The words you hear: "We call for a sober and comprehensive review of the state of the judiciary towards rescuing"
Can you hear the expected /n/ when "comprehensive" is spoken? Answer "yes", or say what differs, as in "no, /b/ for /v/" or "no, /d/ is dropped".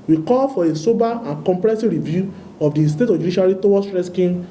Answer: no, /n/ is dropped